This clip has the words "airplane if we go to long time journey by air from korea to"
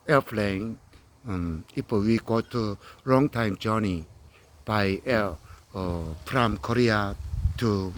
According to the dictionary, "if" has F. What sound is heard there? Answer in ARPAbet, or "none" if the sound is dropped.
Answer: P